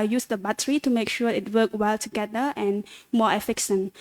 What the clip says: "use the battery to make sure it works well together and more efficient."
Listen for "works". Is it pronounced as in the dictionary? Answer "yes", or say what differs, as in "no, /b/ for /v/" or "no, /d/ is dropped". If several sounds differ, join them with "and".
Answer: no, /s/ is dropped